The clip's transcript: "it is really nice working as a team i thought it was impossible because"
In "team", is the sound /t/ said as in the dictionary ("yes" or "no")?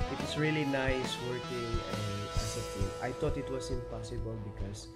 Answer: no